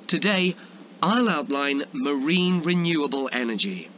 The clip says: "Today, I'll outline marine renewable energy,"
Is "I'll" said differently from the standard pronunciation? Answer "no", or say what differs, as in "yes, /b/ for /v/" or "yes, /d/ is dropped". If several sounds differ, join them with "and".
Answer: no